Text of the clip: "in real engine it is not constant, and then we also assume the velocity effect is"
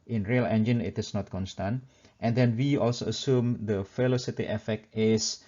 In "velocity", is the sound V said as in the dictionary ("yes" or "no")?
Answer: no